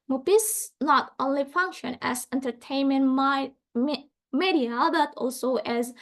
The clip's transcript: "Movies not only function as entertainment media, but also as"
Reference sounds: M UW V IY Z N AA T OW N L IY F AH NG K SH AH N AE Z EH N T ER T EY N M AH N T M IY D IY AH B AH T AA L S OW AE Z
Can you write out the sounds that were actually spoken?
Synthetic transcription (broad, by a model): M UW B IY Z N AA T OW N L IY F AH NG K SH AH N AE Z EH N T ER T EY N M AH N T M IY D IY AH B AH T AA L S OW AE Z